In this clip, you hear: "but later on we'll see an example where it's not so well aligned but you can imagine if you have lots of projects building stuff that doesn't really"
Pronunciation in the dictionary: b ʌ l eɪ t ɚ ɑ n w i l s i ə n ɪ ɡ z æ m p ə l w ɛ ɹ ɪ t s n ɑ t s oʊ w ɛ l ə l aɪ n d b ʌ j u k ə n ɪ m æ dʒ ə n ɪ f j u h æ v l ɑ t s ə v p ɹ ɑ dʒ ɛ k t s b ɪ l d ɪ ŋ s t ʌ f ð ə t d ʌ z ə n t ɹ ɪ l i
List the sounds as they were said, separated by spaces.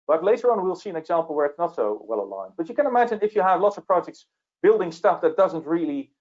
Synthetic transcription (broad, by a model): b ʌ l eɪ t ɚ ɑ n w i l s i ə n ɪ ɡ z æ m p l w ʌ ɹ ɪ t s n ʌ t s oʊ w ɛ l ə l aɪ n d b ʌ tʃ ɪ k ə n ɪ m æ dʒ ə n ɪ f j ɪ v l ɑ t s ə v p ɹ ɑ dʒ ɛ k t s b ɪ l d ɪ ŋ s t ʌ f ð ə t d ʌ z ə n t ɹ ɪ l i